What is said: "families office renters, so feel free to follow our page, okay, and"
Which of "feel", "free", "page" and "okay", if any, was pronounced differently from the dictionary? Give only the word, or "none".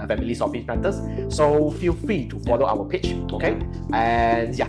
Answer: page